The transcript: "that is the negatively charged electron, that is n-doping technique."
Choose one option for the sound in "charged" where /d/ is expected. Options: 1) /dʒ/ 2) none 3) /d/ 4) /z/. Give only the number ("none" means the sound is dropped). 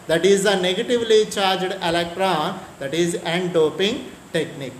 3